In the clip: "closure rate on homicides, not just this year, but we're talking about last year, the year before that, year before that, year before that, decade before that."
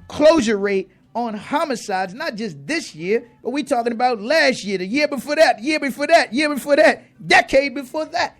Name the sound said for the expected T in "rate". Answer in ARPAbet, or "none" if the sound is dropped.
T